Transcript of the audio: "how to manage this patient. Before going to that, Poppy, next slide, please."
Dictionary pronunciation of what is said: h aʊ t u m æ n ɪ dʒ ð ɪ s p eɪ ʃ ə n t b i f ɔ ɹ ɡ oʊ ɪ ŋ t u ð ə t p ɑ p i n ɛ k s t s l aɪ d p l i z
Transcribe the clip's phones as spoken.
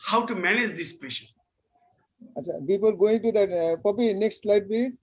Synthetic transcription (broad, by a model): h aʊ t u m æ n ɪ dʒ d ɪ s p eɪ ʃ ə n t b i p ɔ l ɡ oʊ ɪ ŋ t u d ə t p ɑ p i n ɛ k s t s l aɪ d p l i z